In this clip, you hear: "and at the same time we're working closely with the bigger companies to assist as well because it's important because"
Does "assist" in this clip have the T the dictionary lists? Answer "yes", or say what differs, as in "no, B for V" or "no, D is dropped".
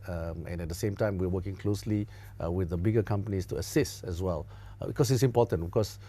yes